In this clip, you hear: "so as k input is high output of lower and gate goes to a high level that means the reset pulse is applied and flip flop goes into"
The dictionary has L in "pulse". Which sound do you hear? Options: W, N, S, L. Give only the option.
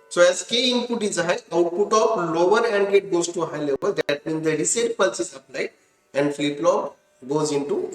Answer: L